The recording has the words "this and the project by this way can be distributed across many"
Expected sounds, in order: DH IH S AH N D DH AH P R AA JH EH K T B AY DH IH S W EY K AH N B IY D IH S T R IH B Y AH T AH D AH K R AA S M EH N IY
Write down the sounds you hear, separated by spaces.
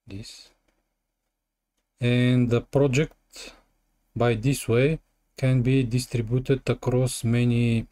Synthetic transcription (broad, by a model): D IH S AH N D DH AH P R AA JH EH K T B AY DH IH S W EY K AH N B IY D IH S T R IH B Y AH T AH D AH K R AA S M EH N IY